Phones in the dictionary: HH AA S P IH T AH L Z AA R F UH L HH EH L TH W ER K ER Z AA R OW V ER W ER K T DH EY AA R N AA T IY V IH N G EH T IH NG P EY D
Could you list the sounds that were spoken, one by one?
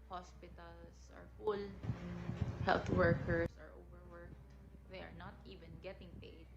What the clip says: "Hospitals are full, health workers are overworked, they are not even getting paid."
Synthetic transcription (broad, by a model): HH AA S P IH T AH L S AA R F UH L HH EH L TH W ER K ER S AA R OW V ER W ER K T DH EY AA R N AA T IY V IH N G EH T IH NG P EY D